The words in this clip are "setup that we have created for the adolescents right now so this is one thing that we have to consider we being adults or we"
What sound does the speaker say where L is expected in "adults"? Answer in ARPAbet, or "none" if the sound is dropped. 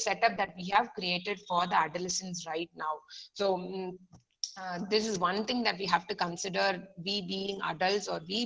L